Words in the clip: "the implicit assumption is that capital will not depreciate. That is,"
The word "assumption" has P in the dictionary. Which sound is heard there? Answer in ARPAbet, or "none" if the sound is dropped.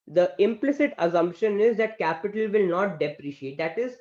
P